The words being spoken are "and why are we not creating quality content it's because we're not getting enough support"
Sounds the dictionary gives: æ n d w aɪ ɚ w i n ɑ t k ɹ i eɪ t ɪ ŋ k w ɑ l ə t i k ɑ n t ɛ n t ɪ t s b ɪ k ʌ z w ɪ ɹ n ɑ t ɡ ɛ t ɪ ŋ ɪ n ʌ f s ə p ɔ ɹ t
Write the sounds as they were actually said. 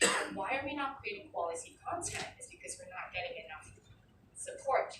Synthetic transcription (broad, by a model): w aɪ ɚ w i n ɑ t k ɹ i eɪ t ɪ ŋ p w ɑ l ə s i k ɑ n t ɛ n t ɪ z b ɪ k ʌ z w ɪ ɹ n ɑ t ɡ ɛ t ɪ ŋ ɪ n ʌ f s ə p ɔ ɹ t